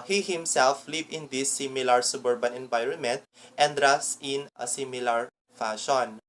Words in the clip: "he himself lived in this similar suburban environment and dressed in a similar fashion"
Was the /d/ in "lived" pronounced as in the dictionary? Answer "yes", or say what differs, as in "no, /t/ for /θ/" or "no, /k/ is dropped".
no, /d/ is dropped